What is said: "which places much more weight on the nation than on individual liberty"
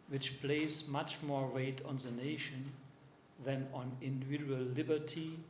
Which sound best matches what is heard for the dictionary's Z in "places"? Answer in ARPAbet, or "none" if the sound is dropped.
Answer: S